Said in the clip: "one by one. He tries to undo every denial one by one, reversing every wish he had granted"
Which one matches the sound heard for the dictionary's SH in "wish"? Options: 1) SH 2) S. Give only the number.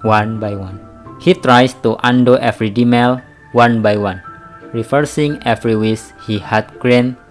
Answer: 2